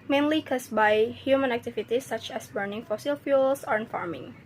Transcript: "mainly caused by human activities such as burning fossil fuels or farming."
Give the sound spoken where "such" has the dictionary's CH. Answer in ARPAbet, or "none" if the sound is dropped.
CH